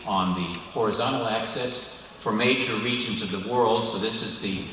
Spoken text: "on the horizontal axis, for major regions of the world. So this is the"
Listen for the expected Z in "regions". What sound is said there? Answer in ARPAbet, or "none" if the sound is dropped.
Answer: Z